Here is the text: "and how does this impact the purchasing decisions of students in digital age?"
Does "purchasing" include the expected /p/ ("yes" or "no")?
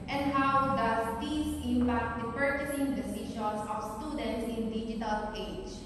yes